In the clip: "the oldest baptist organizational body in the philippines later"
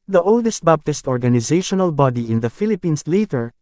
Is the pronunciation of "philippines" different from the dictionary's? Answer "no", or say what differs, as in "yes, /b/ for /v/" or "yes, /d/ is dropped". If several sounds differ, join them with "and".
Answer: yes, /s/ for /z/